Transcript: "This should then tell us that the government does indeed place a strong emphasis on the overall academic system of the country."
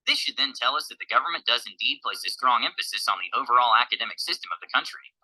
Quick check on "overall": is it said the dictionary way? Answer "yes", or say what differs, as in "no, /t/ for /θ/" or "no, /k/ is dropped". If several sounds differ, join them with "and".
yes